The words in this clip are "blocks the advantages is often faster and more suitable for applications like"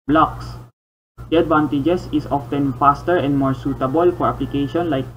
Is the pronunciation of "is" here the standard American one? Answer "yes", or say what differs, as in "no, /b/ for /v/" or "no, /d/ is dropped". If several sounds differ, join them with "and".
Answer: no, /s/ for /z/